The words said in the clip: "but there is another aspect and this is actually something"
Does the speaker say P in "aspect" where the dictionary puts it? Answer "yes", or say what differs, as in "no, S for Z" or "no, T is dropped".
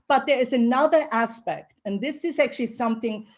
yes